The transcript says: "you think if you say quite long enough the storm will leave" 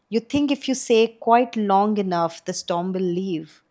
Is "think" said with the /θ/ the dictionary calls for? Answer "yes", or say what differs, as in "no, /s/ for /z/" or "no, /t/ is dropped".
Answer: no, /t/ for /θ/